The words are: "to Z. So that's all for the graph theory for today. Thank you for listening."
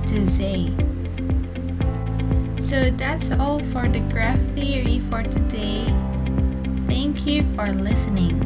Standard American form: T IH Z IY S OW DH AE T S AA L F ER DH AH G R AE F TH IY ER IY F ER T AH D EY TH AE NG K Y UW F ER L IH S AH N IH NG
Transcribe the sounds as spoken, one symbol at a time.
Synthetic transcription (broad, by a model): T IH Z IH S OW DH AE T S AA L F ER DH AH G R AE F TH IY ER IY F ER T AH D EY TH AE NG K Y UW F ER L IH S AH N IH NG